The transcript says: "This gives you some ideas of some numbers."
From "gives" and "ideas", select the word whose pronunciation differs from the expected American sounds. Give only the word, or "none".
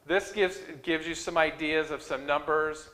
none